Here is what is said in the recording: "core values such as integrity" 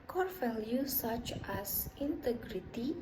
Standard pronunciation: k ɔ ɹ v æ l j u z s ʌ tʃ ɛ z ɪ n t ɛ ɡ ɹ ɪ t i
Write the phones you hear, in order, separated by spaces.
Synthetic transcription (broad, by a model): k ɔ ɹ f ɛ l j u s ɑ tʃ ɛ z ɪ n t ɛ ɡ ɹ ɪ t i